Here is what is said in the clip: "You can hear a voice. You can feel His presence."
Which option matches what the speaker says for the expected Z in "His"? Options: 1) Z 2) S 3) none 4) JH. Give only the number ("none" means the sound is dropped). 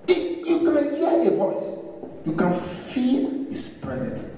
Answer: 2